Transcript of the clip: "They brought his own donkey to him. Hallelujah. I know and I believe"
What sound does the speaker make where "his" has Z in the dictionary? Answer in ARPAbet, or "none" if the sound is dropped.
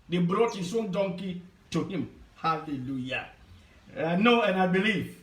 S